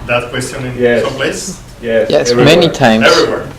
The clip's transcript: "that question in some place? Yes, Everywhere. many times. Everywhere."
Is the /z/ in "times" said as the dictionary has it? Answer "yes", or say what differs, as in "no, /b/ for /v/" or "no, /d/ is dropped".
no, /z/ is dropped